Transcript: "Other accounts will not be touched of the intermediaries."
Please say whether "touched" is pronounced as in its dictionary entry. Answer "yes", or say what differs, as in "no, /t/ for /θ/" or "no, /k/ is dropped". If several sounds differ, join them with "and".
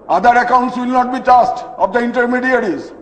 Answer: no, /s/ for /tʃ/